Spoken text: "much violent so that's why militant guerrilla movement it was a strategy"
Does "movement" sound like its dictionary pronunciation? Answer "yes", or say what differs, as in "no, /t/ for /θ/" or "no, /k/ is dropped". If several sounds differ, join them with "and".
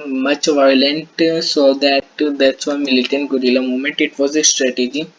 no, /v/ is dropped